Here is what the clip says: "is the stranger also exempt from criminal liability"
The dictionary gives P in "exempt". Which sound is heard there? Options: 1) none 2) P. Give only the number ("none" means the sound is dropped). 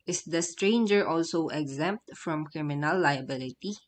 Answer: 2